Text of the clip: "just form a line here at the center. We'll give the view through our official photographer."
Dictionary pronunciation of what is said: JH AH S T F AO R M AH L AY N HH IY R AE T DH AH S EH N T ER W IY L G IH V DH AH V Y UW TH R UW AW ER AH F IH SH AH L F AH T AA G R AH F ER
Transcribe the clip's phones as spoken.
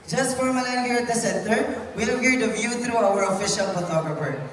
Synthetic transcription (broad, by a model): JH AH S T F AO R M AH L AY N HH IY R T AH S EH N T ER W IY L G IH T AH V Y UW T R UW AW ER AH F IH SH AH L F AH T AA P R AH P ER